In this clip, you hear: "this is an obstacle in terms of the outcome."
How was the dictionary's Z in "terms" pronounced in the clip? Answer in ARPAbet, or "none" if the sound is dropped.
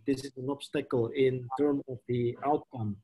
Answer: none